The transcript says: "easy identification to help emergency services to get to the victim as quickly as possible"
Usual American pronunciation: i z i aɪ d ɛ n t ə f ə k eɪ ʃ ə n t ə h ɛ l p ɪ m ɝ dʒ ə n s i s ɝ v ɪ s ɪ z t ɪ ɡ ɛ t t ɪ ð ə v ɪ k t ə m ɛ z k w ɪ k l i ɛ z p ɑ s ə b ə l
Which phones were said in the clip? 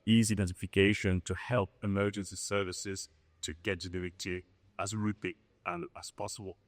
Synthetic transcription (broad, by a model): i z i d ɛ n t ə f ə k eɪ ʃ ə n t ə h ɛ l p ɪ m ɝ dʒ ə n s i s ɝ v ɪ s ɪ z t ɪ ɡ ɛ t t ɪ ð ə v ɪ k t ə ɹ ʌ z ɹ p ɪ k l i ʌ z p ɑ s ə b ə l